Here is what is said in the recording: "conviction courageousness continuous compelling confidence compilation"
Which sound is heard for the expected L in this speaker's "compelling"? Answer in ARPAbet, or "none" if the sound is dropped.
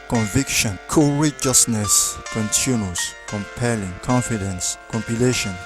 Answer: L